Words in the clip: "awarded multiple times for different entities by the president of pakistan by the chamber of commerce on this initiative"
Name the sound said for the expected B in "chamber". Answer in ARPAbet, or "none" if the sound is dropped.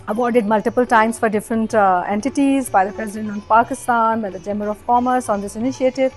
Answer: none